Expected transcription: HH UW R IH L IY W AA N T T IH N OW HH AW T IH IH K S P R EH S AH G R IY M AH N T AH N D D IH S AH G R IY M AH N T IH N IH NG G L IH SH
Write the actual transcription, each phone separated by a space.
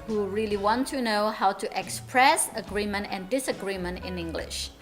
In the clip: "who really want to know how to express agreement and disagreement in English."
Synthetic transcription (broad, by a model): HH UW R IH L IY W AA N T T IH N OW HH AW T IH IH K S P R EH S AH G R IY M AH N T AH N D D IH S AH G R IY M AH N T IH N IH NG G L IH SH